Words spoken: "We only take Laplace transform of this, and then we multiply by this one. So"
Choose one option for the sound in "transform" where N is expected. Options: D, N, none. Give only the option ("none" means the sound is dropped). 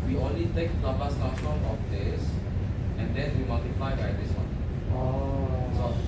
none